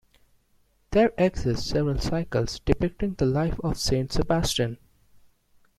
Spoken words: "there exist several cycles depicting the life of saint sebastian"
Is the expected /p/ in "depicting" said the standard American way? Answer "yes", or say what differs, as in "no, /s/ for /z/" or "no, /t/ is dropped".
yes